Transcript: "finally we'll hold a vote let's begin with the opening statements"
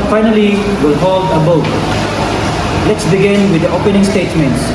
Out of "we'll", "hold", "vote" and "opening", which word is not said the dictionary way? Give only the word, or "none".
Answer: vote